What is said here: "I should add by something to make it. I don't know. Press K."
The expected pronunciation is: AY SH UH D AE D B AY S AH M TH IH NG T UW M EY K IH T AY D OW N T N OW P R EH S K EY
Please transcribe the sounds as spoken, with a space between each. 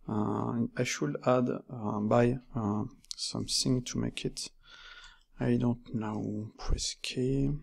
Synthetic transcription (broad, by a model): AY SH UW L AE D B AY S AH M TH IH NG T UW M EY K IH T AY D OW N T N OW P W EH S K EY